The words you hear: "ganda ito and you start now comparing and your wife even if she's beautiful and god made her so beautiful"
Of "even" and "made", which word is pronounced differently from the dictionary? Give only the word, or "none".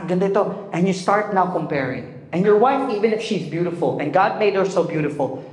none